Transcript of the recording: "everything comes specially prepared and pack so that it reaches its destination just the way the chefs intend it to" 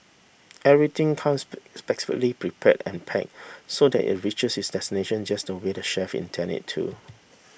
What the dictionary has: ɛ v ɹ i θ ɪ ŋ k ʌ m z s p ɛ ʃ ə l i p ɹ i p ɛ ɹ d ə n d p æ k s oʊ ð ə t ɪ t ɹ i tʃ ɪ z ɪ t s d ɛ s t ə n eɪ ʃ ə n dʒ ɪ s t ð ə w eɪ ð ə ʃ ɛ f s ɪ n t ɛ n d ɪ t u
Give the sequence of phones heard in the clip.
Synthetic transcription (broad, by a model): ɛ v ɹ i t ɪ ŋ k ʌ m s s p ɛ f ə l i p ɹ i p ɛ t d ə n p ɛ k s oʊ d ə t ɪ t ɹ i tʃ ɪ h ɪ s d ɛ s t ə n eɪ ʃ ə n dʒ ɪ s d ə w eɪ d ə ʃ ɛ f ɪ n t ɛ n ɪ t u